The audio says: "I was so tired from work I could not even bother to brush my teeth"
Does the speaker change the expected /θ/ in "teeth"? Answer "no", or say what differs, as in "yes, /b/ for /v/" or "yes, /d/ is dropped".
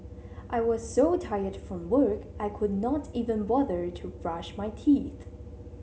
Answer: no